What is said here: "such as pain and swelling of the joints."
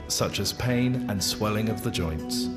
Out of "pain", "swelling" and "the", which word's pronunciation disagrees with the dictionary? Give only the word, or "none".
none